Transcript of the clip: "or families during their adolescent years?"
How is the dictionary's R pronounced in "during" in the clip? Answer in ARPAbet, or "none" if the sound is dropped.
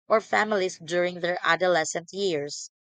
R